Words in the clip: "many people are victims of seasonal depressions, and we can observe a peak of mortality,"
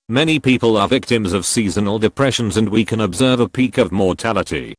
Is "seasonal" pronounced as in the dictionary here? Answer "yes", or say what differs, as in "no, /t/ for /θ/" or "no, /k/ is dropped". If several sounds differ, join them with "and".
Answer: yes